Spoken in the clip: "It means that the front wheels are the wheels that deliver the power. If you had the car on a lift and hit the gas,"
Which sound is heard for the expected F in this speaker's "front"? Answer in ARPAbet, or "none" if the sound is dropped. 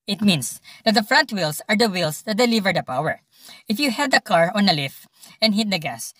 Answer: F